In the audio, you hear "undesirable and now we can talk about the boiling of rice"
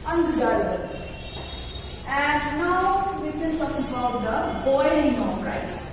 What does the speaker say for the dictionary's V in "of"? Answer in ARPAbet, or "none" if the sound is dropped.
P